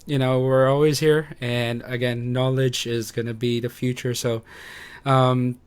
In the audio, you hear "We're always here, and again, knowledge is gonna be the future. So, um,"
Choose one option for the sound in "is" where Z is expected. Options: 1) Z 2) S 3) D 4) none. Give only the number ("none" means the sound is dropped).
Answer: 1